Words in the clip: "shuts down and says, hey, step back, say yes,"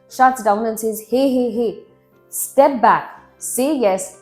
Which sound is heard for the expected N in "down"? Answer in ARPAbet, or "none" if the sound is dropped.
N